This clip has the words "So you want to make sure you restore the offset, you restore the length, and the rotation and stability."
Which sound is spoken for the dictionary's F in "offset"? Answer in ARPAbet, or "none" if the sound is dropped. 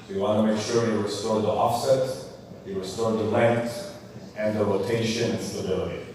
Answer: F